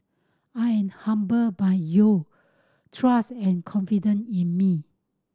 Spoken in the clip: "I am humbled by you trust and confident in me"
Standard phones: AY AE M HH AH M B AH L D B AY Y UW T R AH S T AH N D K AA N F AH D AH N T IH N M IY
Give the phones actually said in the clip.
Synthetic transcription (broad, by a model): AY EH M HH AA M B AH B AY Y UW T R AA S T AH N K AA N F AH D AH N IH N M IY